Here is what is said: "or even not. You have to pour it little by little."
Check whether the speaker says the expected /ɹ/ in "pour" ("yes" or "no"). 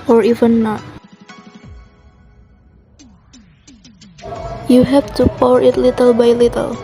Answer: yes